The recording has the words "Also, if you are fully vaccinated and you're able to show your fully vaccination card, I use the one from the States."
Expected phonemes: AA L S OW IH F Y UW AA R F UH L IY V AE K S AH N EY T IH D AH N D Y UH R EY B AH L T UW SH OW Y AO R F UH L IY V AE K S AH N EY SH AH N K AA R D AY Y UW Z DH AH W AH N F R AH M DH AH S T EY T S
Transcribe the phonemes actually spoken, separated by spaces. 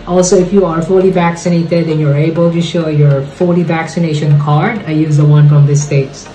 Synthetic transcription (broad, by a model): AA L S OW IH F Y UW AA R F UH L IY V AE K S AH N EY T IH D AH N Y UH R EY B AH L T UW SH OW Y AO R F UH L IY V AE K S AH N EY SH AH N K AA R D AY Y UW Z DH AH W AH N F R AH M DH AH S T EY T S